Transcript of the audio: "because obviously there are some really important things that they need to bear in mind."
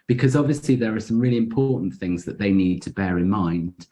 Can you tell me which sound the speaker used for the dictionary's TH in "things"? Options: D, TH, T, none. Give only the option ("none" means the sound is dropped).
TH